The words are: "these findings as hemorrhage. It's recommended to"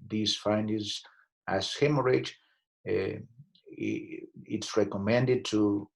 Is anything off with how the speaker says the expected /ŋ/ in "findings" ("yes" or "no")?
yes